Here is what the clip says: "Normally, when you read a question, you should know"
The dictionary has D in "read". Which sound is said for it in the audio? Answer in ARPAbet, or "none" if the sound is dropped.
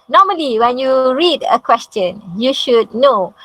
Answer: D